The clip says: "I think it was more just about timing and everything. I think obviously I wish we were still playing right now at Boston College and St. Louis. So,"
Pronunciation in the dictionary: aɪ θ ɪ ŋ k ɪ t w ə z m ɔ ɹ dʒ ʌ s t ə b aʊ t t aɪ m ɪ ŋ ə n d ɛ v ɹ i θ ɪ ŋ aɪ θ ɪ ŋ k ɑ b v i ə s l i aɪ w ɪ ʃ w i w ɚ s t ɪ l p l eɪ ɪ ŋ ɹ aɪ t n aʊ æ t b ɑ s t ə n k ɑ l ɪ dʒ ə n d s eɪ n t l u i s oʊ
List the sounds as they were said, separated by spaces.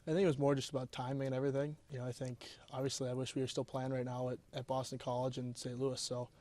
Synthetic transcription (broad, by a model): aɪ θ ɪ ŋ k ɪ t w ə z m ɔ ɹ dʒ ʌ s t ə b aʊ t t aɪ m ɪ ŋ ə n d ɛ v ɹ i θ ɪ ŋ aɪ θ ɪ ŋ k ɑ b v i ə s l i aɪ w ɪ ʃ w i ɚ s t ɪ l p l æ ɪ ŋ ɹ aɪ t n aʊ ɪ t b ɑ s t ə n k ɑ l ɪ dʒ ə n s eɪ n t l u i s oʊ